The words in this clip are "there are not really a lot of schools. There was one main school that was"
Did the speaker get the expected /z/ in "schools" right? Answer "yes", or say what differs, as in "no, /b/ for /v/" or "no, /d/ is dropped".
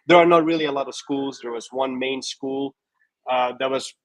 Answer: yes